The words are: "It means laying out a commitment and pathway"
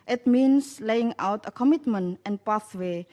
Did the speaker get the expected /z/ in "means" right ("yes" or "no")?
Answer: no